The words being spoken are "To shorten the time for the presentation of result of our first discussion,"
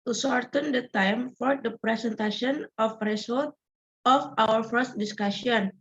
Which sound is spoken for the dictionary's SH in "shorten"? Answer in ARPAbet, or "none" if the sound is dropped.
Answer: S